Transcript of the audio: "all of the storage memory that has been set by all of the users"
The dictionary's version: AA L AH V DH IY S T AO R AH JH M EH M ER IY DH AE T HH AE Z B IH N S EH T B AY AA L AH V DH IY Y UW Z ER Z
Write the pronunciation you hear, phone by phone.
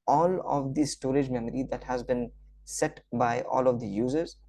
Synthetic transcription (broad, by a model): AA L AH V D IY S T AO R AH JH M EH M ER IY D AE T HH AE Z B IH N S EH T B AY AA L AH V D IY Y UW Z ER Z